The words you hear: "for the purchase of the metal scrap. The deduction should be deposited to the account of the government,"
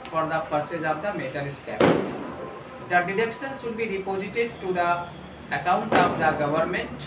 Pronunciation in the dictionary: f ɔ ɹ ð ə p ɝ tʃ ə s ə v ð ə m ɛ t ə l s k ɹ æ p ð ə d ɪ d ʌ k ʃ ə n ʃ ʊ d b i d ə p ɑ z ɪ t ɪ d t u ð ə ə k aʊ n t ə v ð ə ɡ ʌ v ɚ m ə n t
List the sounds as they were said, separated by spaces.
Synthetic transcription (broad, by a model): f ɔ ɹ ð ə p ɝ s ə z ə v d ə m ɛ t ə l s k æ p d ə d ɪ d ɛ k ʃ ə n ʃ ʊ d b i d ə p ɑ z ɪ t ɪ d t u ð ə ə k aʊ n t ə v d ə ɡ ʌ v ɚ m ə n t